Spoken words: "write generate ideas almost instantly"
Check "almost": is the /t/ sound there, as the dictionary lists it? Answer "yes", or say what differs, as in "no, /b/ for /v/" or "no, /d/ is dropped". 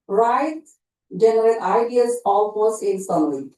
no, /t/ is dropped